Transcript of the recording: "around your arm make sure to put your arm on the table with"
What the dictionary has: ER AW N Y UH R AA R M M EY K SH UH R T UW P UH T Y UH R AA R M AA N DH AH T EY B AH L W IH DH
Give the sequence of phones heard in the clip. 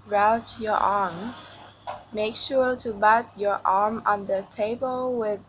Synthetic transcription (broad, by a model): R AW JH Y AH R AA R M M EY K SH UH R T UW B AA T Y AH R AA R M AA N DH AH T EY B AH L W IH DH